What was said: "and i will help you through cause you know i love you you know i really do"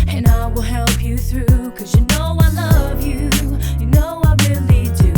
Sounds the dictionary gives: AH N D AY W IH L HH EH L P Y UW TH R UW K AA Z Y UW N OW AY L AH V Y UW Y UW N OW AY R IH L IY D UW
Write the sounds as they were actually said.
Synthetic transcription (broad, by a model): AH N AY W IH L HH EH L P Y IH TH R UW K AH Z Y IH N OW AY L AH V Y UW Y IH N OW AY R IH L IY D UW